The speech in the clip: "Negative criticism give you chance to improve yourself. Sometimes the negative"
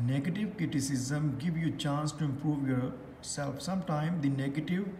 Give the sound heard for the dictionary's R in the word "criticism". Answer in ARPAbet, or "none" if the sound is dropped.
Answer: R